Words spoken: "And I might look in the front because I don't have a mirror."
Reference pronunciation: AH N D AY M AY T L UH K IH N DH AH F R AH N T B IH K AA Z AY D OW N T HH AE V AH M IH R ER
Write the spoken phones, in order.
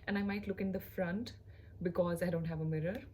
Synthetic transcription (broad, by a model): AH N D AY M AY T L UH K IH N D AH F R AH N T B IH K AA Z AY D OW N T HH AE V AH M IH R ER